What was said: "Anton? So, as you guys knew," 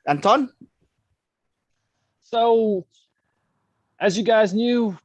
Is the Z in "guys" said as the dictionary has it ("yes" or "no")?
yes